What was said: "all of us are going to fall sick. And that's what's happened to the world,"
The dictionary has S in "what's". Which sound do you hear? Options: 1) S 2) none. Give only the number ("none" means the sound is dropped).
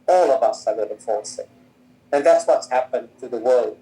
1